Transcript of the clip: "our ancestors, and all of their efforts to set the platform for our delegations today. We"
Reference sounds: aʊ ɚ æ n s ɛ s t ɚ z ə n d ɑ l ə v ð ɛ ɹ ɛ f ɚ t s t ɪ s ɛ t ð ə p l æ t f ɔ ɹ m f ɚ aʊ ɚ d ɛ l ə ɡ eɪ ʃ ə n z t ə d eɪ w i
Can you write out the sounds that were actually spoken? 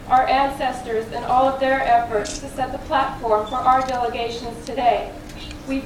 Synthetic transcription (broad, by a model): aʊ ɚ æ n s ɛ s t ɚ z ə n ɑ l ə v ð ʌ ɹ ɛ f ɚ t s t ɪ s ɛ t ð ə p l æ t f ɔ ɹ m f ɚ aʊ ɚ d ɛ l ə ɡ eɪ ʃ ə n z t ə d eɪ w i